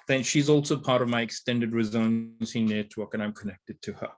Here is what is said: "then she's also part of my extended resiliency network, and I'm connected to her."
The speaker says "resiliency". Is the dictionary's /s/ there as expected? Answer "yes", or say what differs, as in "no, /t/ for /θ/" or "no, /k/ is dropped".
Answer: no, /s/ is dropped